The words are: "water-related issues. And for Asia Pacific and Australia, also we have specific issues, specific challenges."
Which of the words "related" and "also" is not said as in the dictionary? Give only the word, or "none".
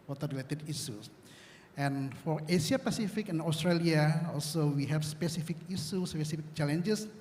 none